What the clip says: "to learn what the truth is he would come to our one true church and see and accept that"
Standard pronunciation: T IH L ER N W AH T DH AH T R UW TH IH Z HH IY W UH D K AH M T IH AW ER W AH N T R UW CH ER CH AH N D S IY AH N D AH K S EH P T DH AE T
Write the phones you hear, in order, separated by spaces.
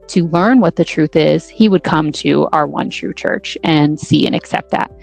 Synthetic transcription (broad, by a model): T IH L ER N W AH T DH AH T R UW TH IH Z HH IY W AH D K AH M T IH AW ER W AH N T R UW CH ER CH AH N S IY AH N AH K S EH P T DH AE T